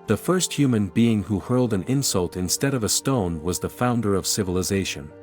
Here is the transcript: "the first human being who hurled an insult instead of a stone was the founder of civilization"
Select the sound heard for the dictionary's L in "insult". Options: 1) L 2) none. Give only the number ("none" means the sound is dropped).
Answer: 1